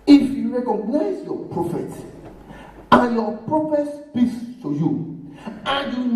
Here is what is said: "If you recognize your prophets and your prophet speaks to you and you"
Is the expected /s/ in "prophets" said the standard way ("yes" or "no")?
no